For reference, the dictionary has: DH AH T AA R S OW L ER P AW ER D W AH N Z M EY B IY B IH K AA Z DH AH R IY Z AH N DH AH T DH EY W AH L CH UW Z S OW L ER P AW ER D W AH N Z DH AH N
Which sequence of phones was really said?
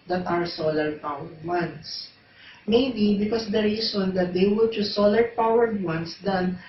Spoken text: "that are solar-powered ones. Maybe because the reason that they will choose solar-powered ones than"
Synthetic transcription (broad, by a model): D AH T AA R S OW L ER P AW ER D W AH N S M EY B IY B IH K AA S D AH R IY S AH N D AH T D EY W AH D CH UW S OW L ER P AW ER D W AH N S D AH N